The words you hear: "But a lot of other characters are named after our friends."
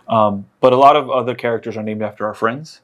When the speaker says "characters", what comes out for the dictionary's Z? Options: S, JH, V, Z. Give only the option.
Z